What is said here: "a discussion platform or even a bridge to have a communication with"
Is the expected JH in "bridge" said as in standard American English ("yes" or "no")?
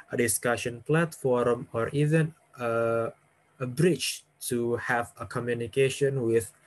no